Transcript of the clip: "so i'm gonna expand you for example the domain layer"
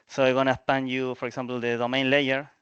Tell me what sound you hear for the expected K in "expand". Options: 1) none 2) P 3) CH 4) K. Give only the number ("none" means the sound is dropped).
1